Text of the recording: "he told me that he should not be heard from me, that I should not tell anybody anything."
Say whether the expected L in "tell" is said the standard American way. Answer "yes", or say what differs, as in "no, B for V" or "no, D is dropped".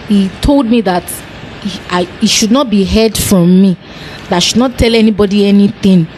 yes